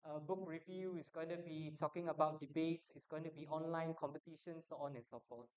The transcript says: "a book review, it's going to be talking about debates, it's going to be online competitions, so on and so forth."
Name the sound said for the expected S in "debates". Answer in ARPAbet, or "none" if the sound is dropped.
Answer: S